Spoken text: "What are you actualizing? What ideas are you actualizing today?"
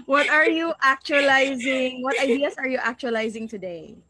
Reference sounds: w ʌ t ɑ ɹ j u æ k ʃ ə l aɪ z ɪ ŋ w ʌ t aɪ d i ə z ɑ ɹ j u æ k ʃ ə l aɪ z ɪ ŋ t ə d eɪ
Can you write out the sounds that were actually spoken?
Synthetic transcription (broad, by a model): w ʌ t ɑ ɹ j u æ k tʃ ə l aɪ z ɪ ŋ w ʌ t aɪ d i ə s ɑ ɹ j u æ k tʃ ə l aɪ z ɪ ŋ t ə d eɪ